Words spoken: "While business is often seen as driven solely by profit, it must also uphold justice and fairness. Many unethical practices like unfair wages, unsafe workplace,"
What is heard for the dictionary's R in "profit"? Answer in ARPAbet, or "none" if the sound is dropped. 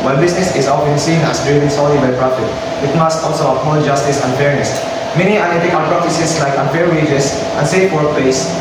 R